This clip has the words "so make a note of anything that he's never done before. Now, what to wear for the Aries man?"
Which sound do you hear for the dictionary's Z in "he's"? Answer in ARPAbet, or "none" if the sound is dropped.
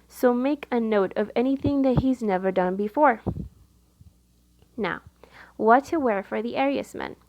Z